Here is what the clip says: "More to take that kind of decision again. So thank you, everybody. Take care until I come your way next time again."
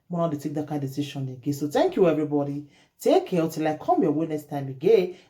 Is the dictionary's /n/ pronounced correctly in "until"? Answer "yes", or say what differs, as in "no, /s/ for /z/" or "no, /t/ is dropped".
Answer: no, /n/ is dropped